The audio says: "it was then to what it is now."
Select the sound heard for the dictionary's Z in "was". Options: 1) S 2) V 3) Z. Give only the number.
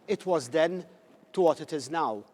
3